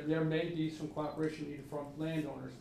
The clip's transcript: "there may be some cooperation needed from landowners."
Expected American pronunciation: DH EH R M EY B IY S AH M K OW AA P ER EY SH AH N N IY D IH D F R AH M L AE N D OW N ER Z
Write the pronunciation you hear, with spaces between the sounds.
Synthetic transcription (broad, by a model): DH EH R M EY B IY S AH M K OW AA P ER EY AH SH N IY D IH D F R AH M L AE N D OW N ER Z